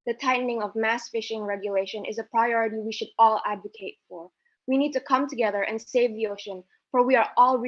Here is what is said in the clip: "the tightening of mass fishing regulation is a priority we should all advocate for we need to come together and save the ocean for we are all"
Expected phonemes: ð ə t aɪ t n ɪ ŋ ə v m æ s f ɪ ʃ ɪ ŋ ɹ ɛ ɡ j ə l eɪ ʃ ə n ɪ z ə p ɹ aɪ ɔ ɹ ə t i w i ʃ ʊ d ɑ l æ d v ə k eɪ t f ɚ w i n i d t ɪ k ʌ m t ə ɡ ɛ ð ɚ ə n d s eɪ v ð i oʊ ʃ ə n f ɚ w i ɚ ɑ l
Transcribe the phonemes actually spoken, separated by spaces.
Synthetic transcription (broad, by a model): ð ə t aɪ t n ɪ ŋ ə v m æ s f ɪ ʃ ɪ ŋ ɹ ɛ ɡ j ə l eɪ ʃ ə n ɪ z ə p ɹ aɪ ɔ ɹ ə t i w i ʃ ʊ d ɑ l æ d v ə k eɪ t f ɚ w i n i d t ɪ k ʌ m t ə ɡ ɛ ð ɚ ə n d s eɪ v ð i oʊ ʃ ə n f ɚ w i ɚ ɑ l